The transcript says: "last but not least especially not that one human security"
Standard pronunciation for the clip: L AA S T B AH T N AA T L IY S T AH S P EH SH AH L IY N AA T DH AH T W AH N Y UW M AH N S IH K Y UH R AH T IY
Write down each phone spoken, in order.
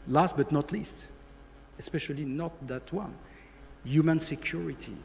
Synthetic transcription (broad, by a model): L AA S T B AH T N AA T L IY S T AH S P EH SH AH L IY N AA T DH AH T W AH N Y UW M AH N S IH K Y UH R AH T IY